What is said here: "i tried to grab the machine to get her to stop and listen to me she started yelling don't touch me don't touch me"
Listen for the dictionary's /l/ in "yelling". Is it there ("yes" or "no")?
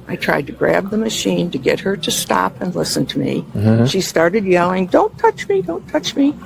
yes